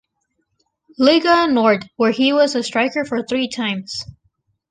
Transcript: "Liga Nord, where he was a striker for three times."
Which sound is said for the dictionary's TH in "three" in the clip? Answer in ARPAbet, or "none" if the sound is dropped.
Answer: TH